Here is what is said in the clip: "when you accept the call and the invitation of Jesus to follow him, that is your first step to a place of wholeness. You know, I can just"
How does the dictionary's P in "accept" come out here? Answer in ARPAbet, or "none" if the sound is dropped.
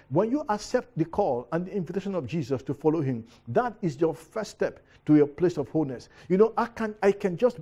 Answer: P